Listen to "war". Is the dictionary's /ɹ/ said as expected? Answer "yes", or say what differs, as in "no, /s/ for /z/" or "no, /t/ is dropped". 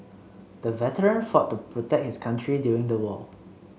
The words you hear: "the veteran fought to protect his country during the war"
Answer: no, /l/ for /ɹ/